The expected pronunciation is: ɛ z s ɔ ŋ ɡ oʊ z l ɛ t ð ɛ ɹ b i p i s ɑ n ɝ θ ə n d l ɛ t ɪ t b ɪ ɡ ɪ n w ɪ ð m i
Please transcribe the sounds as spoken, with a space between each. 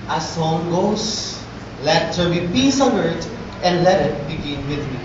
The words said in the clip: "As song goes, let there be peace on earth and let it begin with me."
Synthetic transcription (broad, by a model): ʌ s ɔ ŋ ɡ oʊ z l ɛ t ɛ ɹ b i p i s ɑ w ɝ t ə n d l ɛ t ɪ t b ɪ ɡ ɪ n w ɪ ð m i